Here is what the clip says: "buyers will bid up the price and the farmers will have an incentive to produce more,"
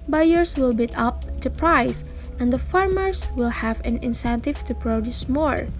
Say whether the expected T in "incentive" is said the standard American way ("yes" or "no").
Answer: yes